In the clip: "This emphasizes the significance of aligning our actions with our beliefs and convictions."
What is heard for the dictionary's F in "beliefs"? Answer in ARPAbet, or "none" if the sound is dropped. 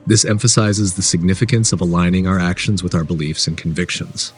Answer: F